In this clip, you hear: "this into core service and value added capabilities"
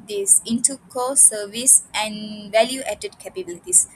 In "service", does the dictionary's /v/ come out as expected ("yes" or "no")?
yes